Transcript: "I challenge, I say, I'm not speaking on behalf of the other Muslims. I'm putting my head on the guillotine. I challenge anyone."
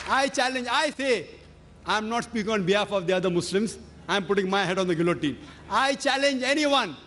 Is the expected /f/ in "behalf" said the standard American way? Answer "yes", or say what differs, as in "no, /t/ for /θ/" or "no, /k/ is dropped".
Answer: yes